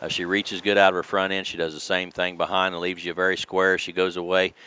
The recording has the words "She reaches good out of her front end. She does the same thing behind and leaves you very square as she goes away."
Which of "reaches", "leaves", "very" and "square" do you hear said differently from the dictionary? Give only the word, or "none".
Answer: none